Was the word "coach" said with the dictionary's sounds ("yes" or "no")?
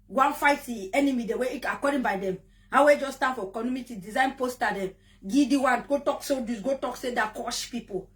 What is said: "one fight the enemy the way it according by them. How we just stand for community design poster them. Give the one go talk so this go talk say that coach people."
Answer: no